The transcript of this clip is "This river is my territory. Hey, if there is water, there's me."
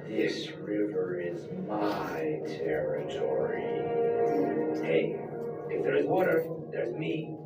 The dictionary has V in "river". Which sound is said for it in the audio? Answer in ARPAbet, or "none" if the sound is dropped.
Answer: V